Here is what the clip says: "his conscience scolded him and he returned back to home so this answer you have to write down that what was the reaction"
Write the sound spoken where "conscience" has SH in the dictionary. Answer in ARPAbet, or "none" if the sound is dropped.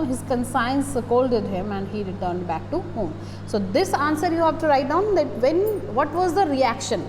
S